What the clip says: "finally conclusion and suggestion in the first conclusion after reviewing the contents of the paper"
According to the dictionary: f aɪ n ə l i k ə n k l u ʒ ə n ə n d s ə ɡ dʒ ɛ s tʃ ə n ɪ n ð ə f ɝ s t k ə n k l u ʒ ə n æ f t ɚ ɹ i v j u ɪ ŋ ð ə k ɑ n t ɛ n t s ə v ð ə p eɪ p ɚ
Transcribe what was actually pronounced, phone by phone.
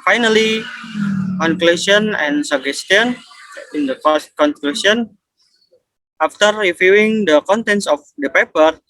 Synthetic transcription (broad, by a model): f aɪ n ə l i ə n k l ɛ s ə n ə n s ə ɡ ɛ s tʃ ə n ɪ n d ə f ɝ s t k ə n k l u s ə n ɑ f t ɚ ɹ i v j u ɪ ŋ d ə k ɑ n t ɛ n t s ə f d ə p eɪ p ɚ